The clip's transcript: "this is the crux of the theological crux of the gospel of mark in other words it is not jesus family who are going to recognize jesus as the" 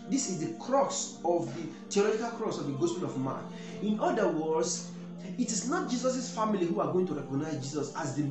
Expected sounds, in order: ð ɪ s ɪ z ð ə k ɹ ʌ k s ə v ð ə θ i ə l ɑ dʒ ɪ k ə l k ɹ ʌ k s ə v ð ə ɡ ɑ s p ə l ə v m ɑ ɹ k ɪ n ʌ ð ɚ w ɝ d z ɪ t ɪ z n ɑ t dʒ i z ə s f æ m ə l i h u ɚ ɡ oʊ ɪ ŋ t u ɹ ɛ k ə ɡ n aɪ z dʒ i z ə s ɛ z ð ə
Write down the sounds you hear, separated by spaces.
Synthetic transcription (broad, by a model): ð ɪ s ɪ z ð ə k ɹ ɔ s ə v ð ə t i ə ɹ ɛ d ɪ k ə l k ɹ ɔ s ə v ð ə ɡ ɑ s p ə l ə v m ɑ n ɪ n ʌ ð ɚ w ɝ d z ɪ t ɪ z n ɑ t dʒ i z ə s f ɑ m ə l i h u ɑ ɡ oʊ ɪ ŋ t u ɹ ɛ k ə ɡ n aɪ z dʒ i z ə s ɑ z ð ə